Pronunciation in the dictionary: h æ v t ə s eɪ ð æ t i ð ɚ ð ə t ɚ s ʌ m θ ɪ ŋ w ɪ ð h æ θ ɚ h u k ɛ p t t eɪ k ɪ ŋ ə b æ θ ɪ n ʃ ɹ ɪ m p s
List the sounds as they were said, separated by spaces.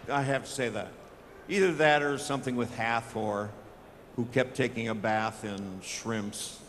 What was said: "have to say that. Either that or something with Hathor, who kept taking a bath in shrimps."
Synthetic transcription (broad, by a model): h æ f t ə s eɪ ð æ t i ð ɚ ð ə t ɚ s ʌ m θ ɪ ŋ w ɪ ð h æ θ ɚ h u k ɛ p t t eɪ k ɪ ŋ ə b æ θ ɪ n ʃ ɹ ɪ m p s